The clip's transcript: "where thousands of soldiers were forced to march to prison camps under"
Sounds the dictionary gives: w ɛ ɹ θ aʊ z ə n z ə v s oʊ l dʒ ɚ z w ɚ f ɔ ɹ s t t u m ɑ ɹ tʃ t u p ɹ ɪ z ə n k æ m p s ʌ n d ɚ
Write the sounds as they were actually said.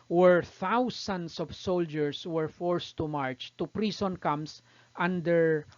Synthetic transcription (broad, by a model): w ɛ ɹ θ aʊ s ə n s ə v s oʊ l dʒ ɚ s w ɚ f ɔ ɹ s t t u m ɑ ɹ tʃ t u p ɹ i s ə n k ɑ m s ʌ n d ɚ